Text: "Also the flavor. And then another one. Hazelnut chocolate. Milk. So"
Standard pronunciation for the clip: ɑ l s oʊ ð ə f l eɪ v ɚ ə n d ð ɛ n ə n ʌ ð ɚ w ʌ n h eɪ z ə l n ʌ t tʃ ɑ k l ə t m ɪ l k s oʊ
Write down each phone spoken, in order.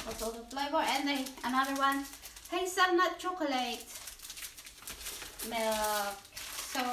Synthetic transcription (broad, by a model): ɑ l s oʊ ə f l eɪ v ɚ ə n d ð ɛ ə n ʌ ð ɚ w ʌ n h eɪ s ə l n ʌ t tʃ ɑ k l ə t m ɪ l k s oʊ